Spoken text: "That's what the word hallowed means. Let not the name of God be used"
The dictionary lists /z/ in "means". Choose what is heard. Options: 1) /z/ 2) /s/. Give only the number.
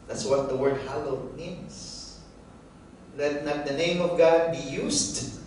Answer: 2